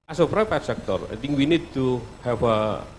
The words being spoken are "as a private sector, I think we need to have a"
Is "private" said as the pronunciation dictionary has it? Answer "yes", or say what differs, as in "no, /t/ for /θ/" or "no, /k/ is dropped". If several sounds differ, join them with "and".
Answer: no, /p/ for /v/